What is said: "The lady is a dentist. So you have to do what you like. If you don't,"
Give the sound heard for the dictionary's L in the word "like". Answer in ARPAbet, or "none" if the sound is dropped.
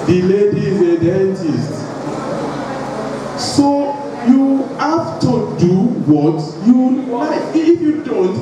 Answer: W